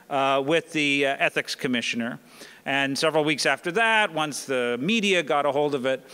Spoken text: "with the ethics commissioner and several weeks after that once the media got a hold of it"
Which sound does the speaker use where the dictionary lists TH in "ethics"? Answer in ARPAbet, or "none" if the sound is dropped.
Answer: TH